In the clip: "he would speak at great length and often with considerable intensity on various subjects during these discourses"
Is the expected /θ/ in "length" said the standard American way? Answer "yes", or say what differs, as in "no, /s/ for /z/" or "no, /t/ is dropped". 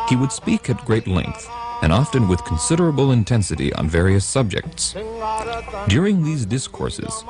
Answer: yes